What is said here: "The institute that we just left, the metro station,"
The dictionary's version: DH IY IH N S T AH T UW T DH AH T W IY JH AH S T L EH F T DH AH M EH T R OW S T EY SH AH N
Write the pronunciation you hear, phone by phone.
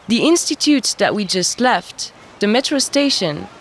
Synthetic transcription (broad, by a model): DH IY IH N S T AH T UW T DH AH T W IY JH AH S T L EH F T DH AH M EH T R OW S T EY SH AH N